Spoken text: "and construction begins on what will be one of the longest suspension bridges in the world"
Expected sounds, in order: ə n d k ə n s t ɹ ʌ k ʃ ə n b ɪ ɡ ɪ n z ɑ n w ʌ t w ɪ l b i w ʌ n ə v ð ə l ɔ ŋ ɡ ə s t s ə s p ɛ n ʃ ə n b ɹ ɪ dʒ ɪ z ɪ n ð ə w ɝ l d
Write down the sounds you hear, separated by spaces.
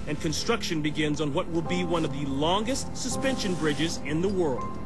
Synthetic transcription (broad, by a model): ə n k ə n s t ɹ ʌ k ʃ ə n b ɪ ɡ ɪ n z n w ʌ t w ɪ l b i w ʌ n ə v ð ə l ɔ ŋ ɡ ə s t s ə s p ɛ n ʃ ə n b ɹ ɪ dʒ ɪ z ɪ n ð ə w ɝ l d